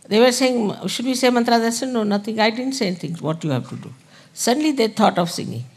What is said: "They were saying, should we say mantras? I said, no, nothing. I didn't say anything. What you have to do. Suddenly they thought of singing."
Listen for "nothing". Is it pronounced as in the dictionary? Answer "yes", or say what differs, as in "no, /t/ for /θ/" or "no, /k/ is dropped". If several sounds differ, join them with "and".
no, /t/ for /θ/